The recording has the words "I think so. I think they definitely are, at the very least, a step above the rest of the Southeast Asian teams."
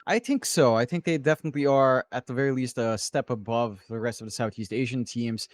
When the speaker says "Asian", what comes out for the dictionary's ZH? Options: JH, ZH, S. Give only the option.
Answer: ZH